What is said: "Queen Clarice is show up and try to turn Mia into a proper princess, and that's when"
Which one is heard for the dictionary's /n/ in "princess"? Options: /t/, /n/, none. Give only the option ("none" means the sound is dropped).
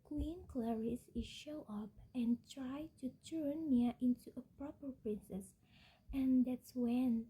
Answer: /n/